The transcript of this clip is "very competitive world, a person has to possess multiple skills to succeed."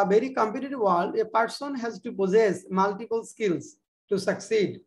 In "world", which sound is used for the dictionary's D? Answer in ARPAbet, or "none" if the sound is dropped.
none